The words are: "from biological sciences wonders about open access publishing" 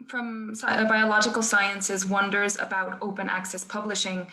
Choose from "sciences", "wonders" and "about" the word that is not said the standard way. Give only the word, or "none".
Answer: none